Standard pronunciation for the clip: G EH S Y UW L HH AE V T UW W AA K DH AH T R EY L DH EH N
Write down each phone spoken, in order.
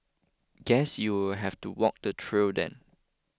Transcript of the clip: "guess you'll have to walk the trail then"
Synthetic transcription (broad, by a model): G EH S Y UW W HH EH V T UW W AA K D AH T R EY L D EH N